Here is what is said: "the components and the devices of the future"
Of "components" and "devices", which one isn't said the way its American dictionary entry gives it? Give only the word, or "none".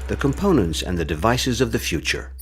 none